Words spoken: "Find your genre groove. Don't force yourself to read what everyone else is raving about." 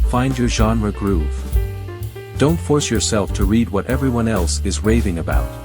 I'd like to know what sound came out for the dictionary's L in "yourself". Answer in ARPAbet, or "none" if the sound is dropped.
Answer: L